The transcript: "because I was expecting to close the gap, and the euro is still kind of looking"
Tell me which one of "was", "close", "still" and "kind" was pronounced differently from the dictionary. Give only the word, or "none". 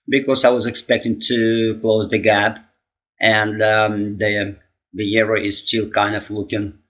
none